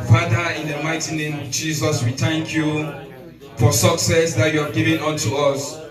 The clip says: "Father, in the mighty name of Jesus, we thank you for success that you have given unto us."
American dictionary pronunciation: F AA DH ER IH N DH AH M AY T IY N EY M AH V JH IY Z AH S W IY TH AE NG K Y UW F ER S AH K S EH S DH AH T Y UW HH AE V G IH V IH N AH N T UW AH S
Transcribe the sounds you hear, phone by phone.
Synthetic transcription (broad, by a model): F AA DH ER IH N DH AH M AY T IY N EY M AH V JH IY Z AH S W IY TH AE NG K Y UW F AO S AH K S EH S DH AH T Y UW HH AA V G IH V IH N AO N T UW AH S